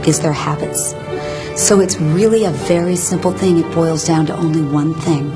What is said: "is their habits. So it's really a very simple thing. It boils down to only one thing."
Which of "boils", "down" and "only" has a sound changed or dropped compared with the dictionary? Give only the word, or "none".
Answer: none